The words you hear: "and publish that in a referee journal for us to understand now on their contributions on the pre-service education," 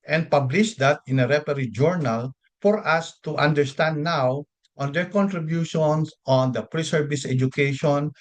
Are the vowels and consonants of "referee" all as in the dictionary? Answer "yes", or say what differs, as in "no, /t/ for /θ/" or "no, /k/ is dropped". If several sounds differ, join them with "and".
no, /p/ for /f/